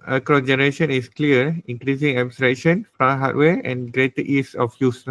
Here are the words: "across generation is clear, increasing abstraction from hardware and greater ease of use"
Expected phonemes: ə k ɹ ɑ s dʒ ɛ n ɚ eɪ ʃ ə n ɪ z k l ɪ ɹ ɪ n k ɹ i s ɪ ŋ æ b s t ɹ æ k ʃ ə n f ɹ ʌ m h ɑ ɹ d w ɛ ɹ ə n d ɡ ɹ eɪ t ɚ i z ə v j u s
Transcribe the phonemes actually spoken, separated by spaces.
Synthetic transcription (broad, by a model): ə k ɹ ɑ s dʒ ɛ n ɚ eɪ ʃ ə n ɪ s k l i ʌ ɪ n k ɹ i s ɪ ŋ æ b s t ɹ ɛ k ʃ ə n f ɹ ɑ h ɑ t w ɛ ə n ɡ ɹ eɪ t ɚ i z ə f j u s